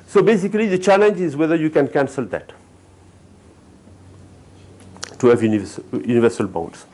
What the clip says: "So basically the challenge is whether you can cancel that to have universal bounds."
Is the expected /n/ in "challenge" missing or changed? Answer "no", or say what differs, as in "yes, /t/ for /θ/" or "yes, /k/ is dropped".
no